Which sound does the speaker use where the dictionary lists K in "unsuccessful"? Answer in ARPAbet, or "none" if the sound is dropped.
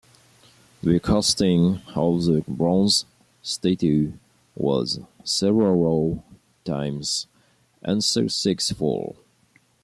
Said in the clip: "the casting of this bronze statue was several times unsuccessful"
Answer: none